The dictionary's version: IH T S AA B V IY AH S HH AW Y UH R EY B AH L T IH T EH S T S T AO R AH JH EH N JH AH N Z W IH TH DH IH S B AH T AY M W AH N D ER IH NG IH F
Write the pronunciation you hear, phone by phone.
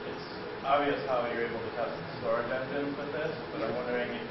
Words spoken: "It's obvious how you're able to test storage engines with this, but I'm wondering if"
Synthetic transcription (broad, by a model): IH T S AA B V IY AH S HH AW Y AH R EY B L T IH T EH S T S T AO R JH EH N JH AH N W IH DH IH S B AH T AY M W AH N D ER IH NG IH